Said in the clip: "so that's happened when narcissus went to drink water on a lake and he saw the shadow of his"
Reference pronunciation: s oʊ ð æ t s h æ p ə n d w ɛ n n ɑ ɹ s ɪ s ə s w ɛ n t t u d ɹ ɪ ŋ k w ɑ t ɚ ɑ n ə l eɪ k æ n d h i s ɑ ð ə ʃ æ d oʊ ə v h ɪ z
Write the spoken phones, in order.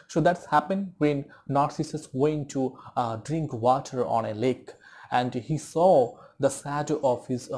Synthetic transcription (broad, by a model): s oʊ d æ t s h æ p ə n d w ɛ n n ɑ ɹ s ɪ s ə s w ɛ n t t u d ɹ ɪ ŋ k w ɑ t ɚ ɑ n ə l eɪ k æ n d h i s ɑ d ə s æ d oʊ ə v h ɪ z